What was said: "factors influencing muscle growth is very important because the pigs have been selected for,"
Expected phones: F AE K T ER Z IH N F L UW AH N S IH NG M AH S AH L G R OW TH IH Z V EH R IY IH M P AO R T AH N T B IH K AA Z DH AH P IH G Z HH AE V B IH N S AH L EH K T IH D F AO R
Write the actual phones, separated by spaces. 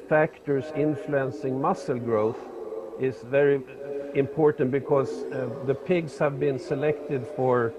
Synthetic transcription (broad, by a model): F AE K T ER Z IH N F L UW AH N S IH NG M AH S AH L G R OW TH IH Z V EH R IY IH M P AO R T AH N T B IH K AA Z DH AH P IH G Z HH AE V B IH N S AH L EH K T IH D F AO R